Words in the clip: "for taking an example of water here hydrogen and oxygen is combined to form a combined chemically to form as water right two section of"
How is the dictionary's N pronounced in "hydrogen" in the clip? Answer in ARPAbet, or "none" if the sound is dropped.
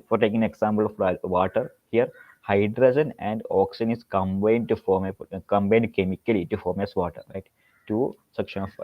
N